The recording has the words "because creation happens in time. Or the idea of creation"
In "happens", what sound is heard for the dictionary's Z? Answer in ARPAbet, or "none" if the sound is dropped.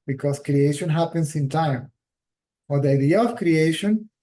S